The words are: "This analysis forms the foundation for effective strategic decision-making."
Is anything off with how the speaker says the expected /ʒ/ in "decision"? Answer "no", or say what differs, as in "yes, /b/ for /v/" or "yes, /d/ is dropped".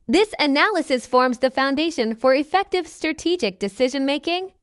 no